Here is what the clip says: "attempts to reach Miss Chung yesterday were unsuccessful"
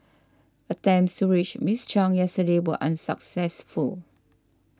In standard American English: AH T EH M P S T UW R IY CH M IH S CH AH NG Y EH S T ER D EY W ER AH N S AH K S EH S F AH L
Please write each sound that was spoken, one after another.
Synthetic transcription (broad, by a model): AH T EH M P S T UW R IY CH M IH S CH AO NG Y EH S T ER D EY W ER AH N S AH K S EH S F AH L